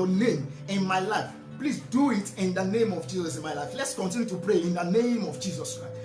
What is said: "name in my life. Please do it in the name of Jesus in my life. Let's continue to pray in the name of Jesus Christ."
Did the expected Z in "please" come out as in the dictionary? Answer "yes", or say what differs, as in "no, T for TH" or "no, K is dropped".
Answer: no, S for Z